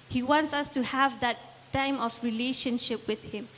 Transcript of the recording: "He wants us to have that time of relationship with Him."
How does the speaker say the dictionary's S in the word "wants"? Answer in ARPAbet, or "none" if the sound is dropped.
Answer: S